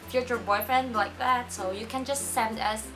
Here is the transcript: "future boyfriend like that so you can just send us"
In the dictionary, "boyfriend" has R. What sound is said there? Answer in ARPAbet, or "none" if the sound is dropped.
R